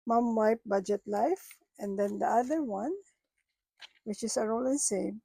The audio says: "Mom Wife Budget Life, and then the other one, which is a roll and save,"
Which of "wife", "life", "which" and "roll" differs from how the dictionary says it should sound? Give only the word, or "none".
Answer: wife